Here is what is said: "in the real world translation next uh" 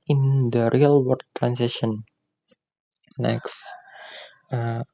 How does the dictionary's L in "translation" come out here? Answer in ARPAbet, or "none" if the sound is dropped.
none